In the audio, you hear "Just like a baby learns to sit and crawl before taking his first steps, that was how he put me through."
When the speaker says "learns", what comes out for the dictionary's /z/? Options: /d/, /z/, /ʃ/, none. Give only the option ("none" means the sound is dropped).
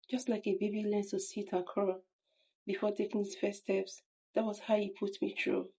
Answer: none